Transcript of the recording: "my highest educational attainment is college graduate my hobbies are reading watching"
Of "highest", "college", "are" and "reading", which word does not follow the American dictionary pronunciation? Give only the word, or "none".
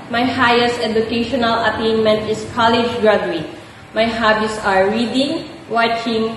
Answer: none